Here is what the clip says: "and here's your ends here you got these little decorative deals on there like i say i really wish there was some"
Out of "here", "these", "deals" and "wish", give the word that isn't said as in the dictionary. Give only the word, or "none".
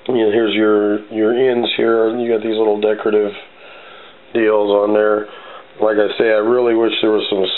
none